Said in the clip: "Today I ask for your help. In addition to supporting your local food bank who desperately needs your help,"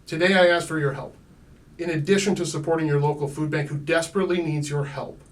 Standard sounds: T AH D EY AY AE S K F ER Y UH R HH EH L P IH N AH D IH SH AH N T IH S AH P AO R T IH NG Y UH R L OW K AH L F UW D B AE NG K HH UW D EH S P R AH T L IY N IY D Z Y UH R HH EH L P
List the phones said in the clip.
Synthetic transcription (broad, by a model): T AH D EY AY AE S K F ER Y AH R HH EH L P IH N AH D IH SH AH N T IH S AH P AO R T IH NG Y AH R L OW K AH L F UW D B AE NG K HH UW D EH S P R AH T L IY N IY D Z Y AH R HH EH L P